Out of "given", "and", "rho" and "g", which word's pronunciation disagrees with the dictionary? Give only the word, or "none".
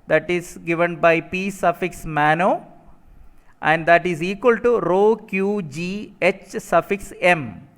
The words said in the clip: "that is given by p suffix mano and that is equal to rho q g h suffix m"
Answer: none